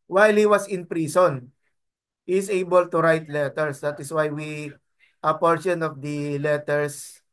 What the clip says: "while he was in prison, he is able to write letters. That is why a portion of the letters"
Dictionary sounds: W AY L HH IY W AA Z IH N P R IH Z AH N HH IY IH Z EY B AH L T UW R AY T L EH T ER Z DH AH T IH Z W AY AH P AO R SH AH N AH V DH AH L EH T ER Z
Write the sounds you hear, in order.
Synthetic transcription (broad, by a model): W AY L HH IY W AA S IH N P R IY S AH N HH IY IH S EY B AH L T UW R AY T L EH T ER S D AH T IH S W AY AH P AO R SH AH N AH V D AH L EH T ER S